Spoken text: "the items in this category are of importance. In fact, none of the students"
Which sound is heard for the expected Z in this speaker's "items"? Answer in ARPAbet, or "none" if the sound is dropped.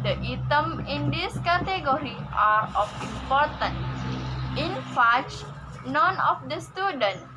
none